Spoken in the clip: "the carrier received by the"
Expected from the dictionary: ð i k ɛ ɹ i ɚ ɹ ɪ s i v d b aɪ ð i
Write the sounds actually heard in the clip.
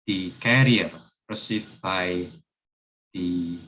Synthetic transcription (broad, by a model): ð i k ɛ ɹ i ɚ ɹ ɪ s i d b aɪ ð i